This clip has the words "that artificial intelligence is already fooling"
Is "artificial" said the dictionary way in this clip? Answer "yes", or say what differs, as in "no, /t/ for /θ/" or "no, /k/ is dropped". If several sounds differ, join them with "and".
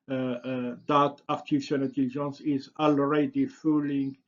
no, /n/ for /l/